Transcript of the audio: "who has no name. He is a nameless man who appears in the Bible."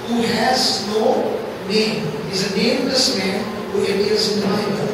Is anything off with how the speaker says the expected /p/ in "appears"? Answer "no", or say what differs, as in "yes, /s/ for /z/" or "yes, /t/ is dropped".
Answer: yes, /p/ is dropped